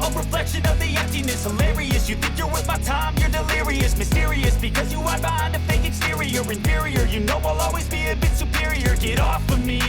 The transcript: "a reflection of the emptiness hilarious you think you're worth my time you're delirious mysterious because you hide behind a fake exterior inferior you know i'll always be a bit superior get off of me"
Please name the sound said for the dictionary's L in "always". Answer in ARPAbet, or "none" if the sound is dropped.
L